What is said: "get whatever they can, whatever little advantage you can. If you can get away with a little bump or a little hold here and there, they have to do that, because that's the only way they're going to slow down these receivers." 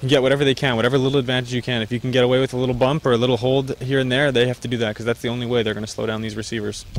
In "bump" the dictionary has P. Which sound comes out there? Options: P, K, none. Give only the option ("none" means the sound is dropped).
P